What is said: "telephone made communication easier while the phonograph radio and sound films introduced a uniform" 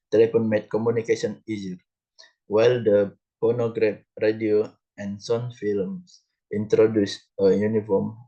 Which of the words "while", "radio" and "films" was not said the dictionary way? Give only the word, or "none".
films